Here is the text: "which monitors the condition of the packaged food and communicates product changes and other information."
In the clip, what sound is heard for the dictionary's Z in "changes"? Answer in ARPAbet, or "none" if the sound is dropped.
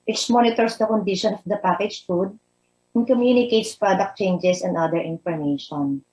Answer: S